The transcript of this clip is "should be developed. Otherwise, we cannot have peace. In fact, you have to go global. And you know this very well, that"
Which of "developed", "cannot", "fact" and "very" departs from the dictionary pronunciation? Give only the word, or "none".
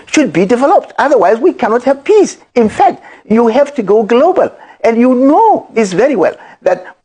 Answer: none